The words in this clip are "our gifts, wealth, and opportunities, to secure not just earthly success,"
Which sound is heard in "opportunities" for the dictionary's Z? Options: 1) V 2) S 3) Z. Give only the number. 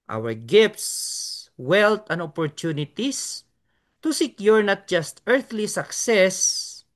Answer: 2